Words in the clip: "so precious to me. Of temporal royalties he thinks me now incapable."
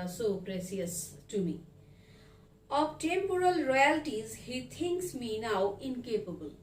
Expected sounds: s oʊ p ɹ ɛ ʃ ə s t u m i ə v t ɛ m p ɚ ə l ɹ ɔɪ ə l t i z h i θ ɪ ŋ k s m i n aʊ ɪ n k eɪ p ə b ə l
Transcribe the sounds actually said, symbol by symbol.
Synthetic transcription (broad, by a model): s oʊ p ɹ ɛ s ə s t u m i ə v t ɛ m p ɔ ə l ɹ ɔɪ ə l t i z h i t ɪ ŋ k s m i n aʊ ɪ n k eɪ p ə b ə l